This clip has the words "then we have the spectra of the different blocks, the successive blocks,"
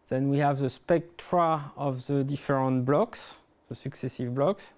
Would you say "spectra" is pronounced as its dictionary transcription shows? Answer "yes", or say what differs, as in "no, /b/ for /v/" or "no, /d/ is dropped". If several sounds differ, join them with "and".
yes